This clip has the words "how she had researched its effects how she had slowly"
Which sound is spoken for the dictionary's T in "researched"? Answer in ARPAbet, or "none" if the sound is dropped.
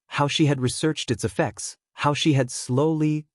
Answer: T